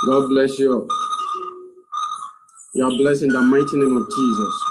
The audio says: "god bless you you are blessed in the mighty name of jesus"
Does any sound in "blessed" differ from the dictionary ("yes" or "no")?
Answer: yes